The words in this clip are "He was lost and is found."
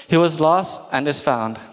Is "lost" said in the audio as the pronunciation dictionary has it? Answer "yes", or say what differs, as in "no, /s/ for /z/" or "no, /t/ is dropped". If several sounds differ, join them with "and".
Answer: yes